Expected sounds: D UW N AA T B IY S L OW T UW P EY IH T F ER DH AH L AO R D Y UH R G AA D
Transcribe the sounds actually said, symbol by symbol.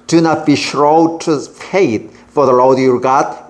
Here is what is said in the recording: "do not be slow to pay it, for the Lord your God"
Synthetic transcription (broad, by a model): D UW N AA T B IY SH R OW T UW F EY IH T F ER DH AH L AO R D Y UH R G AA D